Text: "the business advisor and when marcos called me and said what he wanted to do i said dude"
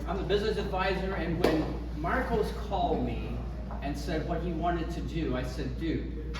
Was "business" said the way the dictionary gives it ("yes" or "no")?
yes